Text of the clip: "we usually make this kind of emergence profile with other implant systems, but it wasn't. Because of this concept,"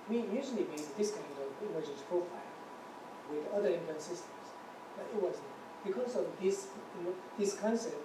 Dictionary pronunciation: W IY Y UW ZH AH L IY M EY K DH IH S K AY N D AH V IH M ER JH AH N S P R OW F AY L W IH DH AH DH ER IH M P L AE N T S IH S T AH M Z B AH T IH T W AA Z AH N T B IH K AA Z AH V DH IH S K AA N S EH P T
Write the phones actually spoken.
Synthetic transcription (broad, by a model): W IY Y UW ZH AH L IY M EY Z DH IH S K AY N D AH V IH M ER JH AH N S P R OW F AY L W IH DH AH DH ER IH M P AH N S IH S T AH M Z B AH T IH T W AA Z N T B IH K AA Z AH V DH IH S K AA N S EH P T